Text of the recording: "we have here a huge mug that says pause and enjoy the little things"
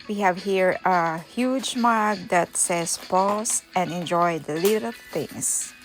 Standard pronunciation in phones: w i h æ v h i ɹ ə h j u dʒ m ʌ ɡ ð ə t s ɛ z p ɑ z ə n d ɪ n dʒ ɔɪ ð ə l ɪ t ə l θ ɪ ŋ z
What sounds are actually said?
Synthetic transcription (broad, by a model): w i h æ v h i ɹ ə h j u dʒ m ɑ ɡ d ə t s ɛ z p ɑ s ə n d ɪ n dʒ ɔɪ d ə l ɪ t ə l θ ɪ ŋ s